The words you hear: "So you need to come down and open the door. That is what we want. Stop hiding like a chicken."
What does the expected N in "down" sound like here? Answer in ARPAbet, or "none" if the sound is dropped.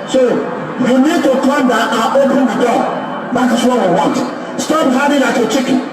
none